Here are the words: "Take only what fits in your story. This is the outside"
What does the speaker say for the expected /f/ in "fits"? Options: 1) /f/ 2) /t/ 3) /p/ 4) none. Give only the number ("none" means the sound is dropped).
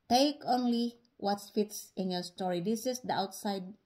1